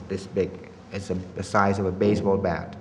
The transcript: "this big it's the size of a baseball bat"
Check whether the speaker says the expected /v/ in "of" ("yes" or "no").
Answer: yes